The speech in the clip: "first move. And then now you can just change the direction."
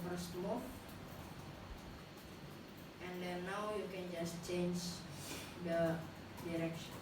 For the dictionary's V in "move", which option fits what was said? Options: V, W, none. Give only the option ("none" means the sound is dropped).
none